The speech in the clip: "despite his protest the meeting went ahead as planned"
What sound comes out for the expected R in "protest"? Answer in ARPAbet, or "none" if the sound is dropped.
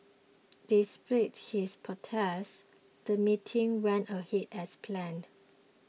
none